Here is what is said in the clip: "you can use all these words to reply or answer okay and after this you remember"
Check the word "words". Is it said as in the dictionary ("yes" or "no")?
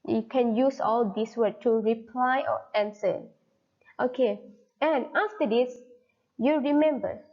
no